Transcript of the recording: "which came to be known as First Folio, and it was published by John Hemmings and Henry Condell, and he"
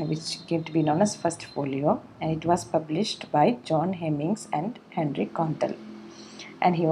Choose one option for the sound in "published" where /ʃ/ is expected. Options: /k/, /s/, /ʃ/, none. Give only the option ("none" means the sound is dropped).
/ʃ/